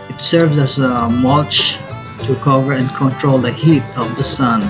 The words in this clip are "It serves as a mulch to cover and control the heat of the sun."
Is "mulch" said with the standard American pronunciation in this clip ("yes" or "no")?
no